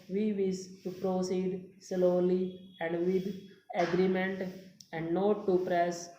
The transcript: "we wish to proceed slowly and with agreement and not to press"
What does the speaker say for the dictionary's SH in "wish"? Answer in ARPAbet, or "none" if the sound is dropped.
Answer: S